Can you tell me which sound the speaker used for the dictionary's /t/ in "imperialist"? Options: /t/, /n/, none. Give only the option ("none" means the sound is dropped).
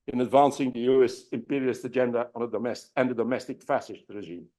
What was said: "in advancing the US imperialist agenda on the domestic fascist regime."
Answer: none